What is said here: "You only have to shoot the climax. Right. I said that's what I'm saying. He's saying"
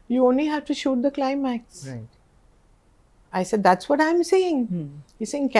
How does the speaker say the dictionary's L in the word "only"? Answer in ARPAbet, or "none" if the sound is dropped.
L